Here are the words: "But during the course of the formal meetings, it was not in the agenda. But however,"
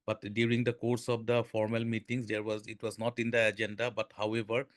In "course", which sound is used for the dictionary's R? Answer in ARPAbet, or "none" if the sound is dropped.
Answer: R